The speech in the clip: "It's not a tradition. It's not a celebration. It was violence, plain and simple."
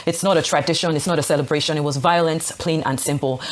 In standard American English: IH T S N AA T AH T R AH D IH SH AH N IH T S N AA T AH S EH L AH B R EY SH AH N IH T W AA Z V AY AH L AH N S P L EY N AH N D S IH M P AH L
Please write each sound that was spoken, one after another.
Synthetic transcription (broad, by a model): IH T S N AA T AH T R AH D IH SH AH N IH T S N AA T AH S EH L AH B R EY SH AH N IH T W AA Z V AY AH L AH N S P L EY N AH N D S IH M P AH L